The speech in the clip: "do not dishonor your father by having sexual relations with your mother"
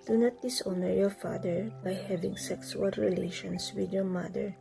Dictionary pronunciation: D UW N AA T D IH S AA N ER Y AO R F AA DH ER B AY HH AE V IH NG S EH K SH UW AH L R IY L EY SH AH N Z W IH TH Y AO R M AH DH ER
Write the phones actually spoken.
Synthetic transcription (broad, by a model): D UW N AA T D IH S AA N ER Y AO R F AA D ER B AY HH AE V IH NG S EH K S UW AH L R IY L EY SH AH N S W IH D Y AO R M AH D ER